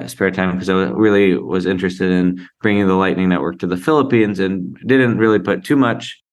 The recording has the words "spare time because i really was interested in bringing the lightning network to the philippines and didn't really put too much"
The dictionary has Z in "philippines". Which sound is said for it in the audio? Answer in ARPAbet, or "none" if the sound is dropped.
Z